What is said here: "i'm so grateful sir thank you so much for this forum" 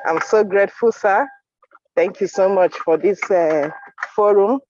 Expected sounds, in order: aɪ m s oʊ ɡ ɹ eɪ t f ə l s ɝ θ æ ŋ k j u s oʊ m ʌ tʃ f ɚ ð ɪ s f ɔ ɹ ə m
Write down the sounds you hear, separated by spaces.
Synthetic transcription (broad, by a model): aɪ m s oʊ ɡ ɹ eɪ t f ə l s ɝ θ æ ŋ k j u s oʊ m ʌ tʃ f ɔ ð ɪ s f ɔ ɹ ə m